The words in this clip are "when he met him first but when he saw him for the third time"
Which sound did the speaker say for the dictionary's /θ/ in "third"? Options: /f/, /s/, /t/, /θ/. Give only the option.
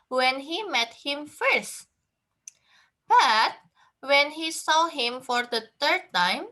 /t/